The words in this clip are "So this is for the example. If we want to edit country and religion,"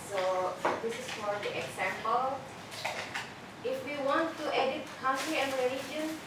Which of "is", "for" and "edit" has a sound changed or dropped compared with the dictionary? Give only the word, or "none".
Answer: is